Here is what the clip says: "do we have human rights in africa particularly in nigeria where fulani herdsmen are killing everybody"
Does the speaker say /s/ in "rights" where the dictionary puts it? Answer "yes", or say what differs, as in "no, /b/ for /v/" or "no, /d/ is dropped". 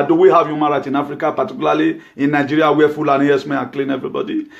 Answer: no, /s/ is dropped